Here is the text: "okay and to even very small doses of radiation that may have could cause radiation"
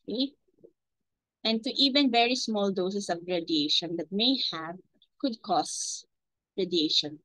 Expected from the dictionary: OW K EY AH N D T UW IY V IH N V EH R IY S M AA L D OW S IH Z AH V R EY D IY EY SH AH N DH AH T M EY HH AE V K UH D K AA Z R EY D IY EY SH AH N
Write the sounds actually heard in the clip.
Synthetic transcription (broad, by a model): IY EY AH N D T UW IY V IH N V EH R IY S M AA L D OW S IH S AH V R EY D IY EY SH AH N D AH T M EY HH AE V K UH D K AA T R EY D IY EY SH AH N